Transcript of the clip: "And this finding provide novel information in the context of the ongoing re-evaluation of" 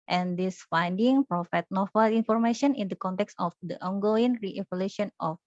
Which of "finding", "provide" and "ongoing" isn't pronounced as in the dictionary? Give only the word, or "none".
provide